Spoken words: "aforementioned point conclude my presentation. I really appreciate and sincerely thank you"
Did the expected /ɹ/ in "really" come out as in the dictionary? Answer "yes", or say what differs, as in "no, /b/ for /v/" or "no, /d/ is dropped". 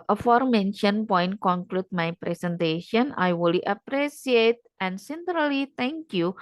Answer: no, /w/ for /ɹ/